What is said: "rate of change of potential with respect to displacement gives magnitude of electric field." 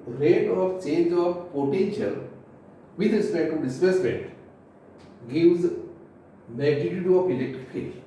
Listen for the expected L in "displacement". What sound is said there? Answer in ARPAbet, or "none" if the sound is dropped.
none